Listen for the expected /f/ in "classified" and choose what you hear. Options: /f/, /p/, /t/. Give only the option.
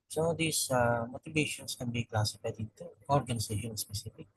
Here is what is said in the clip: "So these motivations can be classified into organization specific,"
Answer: /p/